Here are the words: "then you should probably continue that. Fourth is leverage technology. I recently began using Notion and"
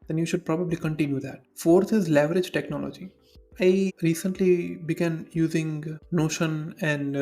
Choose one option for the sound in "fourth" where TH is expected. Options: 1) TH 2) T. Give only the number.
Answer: 2